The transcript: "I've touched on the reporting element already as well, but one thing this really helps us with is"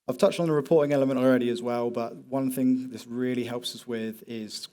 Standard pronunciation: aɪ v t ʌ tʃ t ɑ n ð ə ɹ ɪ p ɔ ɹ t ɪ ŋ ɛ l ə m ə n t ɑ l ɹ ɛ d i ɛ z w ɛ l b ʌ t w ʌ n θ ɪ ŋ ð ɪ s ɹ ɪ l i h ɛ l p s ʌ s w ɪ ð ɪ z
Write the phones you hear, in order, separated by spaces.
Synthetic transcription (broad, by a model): aɪ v t ʌ tʃ t n ð ə ɹ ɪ p ɔ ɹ t ɪ ŋ ɛ l ə m ə n t ɑ l ɹ ɛ d i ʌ z w ɛ l b ʌ t w ʌ n θ ɪ ŋ ð ɪ s ɹ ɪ l i h ɛ l p s ʌ s w ɪ ð ɪ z